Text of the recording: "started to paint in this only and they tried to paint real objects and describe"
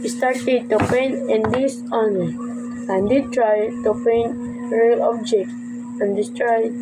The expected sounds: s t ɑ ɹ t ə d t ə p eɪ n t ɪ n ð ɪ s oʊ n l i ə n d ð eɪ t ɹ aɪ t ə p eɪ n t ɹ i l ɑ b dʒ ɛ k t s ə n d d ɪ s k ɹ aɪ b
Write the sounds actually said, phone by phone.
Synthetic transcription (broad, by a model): s t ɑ ɹ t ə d t ə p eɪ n ɪ n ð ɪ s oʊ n i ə n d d t ɹ aɪ t ə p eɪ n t ɹ i l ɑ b dʒ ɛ k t ə n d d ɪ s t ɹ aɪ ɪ